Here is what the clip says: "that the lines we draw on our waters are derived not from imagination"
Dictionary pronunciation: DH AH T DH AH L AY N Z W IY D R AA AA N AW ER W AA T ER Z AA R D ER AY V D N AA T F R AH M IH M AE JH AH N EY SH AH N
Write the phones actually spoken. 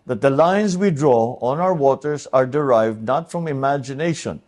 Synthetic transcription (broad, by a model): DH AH T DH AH L AY N S W IY D R AA AA N AW ER W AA T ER S AA R D ER AY V D N AA T F R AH M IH M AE JH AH N EY SH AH N